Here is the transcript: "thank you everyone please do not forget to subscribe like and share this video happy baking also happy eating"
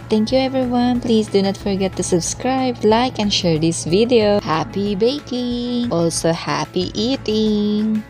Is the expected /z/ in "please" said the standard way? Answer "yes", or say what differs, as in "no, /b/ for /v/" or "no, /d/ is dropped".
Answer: no, /s/ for /z/